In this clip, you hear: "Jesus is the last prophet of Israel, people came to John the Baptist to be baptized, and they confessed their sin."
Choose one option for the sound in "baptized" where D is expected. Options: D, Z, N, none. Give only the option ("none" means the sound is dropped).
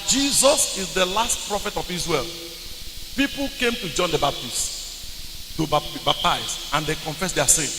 none